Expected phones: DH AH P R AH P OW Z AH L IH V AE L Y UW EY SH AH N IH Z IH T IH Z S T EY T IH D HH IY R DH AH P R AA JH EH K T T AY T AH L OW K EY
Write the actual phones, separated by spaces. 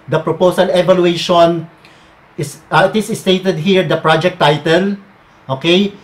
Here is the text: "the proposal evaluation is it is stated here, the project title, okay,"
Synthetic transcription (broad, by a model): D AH P R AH P OW S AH L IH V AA L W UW EY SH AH N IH S IH T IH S S T EY T IH D HH IY R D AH P R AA JH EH K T T AY T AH L OW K EY